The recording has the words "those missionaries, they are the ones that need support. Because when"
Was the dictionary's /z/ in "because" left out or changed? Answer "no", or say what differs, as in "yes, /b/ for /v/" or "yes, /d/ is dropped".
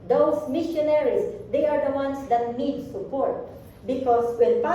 yes, /s/ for /z/